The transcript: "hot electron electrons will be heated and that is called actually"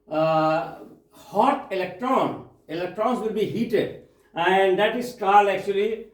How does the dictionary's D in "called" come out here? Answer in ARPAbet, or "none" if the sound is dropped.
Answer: none